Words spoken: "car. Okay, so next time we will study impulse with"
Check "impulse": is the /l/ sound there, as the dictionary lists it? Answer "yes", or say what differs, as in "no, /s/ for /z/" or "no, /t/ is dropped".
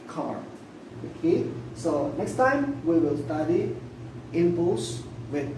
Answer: no, /l/ is dropped